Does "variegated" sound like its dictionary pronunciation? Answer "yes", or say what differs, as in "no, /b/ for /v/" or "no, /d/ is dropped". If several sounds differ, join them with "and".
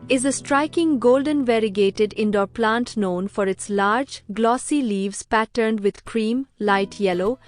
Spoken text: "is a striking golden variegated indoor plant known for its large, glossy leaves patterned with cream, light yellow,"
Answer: yes